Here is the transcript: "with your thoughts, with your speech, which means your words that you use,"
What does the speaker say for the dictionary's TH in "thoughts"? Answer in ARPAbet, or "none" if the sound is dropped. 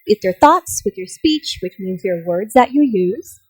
TH